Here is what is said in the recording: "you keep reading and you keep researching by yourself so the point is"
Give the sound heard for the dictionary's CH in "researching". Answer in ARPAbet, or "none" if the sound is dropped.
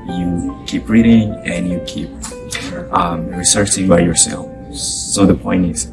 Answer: S